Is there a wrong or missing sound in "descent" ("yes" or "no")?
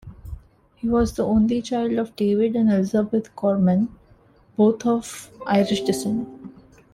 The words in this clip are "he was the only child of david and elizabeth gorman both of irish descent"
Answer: yes